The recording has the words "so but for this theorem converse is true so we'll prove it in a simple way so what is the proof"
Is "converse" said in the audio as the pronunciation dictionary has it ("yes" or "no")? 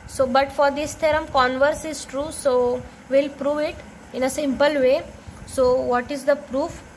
yes